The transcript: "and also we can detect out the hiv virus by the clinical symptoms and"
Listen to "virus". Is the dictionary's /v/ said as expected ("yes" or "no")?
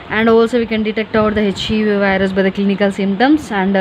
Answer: yes